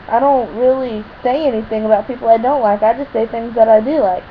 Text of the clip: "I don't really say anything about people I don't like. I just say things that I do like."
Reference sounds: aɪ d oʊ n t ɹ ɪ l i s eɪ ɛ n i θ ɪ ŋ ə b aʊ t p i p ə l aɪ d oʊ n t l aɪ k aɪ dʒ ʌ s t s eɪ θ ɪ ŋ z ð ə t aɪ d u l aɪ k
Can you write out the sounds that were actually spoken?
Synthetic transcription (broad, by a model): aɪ d oʊ n t ɹ ɪ l i s eɪ ɛ n i θ ɪ ŋ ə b aʊ t p i p l aɪ d oʊ n t l aɪ k aɪ dʒ ʌ s t s eɪ θ ɪ ŋ z ð ə t aɪ d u l aɪ k